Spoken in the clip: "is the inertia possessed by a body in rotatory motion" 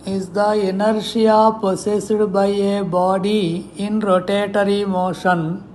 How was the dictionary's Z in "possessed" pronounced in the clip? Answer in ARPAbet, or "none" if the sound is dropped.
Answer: S